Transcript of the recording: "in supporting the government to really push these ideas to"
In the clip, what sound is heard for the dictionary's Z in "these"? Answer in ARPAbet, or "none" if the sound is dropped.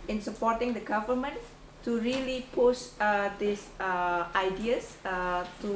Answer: S